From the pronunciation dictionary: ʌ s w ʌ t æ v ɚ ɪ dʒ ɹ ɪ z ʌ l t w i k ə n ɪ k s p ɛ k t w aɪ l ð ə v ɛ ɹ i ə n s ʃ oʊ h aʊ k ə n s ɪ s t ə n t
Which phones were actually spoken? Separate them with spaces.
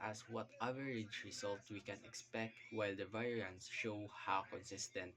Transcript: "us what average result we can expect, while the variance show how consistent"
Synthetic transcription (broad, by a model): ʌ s w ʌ t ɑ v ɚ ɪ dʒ ɹ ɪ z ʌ l t w i k ə n ɪ k s p ɛ k t w aɪ l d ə v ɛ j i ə n s ʃ oʊ h aʊ k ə n s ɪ s t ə n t